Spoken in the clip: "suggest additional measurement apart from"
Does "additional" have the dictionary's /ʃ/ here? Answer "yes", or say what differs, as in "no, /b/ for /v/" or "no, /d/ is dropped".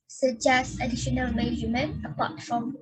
yes